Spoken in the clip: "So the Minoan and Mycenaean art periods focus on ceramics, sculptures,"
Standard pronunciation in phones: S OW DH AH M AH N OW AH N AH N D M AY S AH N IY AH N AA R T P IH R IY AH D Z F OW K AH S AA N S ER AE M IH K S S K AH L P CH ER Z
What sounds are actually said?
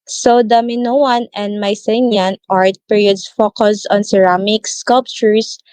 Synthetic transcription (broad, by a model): S OW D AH M AH N OW AH N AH N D M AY S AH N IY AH N AA R T P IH R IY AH D S F OW K AH S AA N S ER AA M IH K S S K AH L P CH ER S